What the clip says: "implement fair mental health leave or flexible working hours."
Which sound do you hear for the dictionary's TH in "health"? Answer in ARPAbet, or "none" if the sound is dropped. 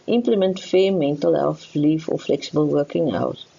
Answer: F